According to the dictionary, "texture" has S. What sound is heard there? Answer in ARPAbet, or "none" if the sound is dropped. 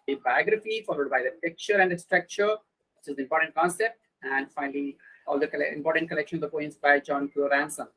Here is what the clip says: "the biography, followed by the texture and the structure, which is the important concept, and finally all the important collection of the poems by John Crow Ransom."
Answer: none